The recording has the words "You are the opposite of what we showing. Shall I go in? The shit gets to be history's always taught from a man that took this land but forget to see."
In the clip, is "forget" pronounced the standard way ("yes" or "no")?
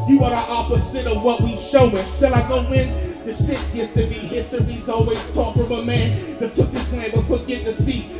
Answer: no